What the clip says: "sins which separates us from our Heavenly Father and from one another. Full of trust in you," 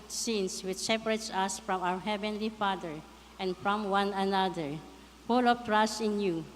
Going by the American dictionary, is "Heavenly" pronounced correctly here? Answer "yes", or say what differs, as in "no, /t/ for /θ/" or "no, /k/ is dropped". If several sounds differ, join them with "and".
yes